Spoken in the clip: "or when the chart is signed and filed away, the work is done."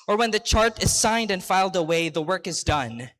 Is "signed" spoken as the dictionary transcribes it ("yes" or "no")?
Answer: yes